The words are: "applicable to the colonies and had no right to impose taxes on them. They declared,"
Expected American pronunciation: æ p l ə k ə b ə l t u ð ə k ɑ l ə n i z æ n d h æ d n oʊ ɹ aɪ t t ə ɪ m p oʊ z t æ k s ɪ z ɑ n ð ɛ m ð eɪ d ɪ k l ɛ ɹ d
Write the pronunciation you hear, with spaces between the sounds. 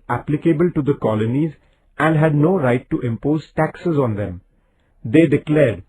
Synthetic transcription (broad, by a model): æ p l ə k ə b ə l t u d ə k ɑ l ə n i z æ n d h æ d n oʊ ɹ aɪ t t ɪ m p oʊ z t æ k s ɪ z ɑ n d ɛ m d eɪ d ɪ k l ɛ ɹ d